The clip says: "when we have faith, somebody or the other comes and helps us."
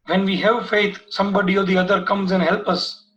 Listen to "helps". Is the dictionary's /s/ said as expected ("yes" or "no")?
no